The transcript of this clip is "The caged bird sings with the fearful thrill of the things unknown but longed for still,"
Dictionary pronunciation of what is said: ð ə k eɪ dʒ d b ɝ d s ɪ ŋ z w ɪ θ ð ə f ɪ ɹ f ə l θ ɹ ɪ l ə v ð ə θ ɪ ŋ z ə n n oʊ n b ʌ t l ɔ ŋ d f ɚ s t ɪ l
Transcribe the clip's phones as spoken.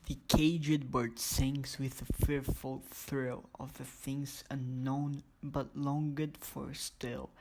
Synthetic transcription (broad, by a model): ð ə k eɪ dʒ d b ɝ d s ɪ ŋ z w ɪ ð ə f ɪ ɹ f ə l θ ɹ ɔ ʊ ə v ð ə θ ɪ ŋ z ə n n oʊ n b ʌ t l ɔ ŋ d f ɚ s t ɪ l